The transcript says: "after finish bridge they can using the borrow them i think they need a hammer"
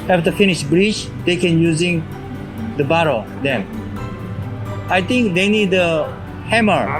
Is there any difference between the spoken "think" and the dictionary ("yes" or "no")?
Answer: yes